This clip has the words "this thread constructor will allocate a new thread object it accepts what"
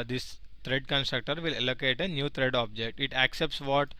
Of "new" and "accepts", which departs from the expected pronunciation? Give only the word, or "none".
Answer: none